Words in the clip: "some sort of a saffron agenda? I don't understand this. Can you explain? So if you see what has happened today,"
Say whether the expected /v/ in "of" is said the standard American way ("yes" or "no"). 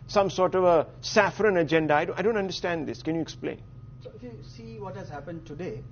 yes